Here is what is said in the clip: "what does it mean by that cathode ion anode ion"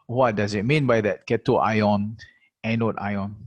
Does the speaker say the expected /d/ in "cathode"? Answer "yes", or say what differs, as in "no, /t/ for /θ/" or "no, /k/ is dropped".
no, /d/ is dropped